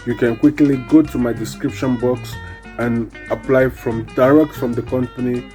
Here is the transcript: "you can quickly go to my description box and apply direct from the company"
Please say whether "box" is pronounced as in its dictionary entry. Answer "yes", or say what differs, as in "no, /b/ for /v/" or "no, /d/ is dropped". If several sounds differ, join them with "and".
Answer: yes